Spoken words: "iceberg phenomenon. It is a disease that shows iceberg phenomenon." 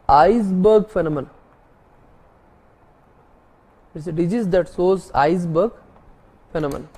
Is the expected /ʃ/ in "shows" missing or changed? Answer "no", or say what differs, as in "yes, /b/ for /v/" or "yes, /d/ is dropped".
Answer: yes, /s/ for /ʃ/